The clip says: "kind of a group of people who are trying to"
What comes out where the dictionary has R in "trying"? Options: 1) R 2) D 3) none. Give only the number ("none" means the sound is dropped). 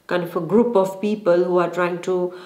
1